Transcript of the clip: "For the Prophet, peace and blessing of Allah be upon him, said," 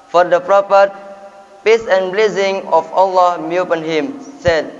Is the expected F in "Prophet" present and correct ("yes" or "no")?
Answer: no